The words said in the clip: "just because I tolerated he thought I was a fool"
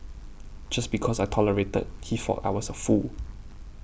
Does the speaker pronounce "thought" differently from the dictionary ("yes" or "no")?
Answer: yes